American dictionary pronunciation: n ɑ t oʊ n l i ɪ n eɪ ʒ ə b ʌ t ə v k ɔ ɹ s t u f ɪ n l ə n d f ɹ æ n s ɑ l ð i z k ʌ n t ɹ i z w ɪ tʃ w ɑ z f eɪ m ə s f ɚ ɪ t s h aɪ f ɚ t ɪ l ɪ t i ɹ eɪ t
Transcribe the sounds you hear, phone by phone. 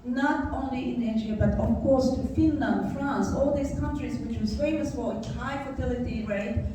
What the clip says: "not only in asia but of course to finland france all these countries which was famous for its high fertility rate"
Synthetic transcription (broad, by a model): n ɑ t oʊ n l i ɪ n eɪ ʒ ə b ʌ t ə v k ɔ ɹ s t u f ɪ n l ə n d f ɹ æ n s ɑ l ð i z k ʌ n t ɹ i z w ɪ tʃ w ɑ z f eɪ m ə s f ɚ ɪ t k h aɪ f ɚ t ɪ l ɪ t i ɹ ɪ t